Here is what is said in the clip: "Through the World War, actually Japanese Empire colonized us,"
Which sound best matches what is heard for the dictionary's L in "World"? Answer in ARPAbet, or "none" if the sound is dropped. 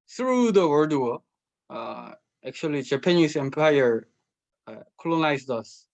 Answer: none